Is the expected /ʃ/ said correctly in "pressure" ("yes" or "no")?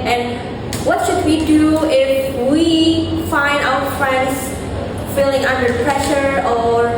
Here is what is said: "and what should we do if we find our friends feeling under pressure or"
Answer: yes